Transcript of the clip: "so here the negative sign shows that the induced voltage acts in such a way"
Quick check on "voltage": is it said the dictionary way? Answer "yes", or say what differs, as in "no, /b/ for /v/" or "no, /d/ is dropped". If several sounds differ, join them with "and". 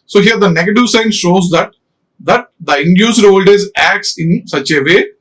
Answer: no, /z/ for /dʒ/